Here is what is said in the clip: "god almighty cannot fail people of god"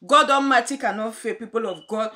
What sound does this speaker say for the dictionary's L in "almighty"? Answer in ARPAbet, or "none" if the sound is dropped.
N